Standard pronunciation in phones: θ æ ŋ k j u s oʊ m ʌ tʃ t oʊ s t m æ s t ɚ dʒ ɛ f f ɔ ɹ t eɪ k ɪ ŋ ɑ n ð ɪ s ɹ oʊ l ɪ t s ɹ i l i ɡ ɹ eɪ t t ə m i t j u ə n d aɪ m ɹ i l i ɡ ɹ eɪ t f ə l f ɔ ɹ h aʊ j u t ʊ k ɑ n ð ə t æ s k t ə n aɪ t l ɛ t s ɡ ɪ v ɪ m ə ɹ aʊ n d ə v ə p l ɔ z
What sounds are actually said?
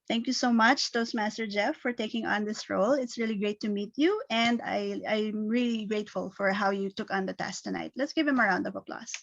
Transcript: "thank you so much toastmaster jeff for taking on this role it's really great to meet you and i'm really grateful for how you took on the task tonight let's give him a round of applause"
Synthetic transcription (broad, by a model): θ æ ŋ k j u s oʊ m ʌ tʃ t oʊ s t m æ s t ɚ dʒ ɛ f f ɔ ɹ t eɪ k ɪ ŋ ɑ n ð ɪ s ɹ oʊ l ɪ t s ɹ i l i ɡ ɹ eɪ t t ə m i t j u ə n d aɪ m ɹ i l i ɡ ɹ eɪ t f ə l f ɔ ɹ h aʊ j u t ʊ k ɑ n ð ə t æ s t ə n aɪ t l ɛ t s ɡ ɪ v ɪ m ə ɹ aʊ n d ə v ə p l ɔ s